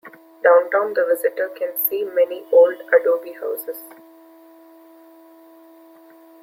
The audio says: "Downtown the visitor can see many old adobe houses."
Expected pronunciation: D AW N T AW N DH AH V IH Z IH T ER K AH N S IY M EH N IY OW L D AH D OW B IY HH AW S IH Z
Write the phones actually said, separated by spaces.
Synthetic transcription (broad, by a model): D AW N T AW N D AH V IH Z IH T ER K AH N S IY M EH N IY OW L D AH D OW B IY HH AW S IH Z